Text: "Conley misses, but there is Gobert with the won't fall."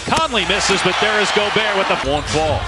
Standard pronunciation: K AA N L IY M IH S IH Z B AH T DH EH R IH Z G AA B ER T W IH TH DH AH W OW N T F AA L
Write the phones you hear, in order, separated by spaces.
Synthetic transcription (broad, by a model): K AA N L IY M IH S IH Z B AH T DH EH R IH Z G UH B ER W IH DH AH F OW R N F AA L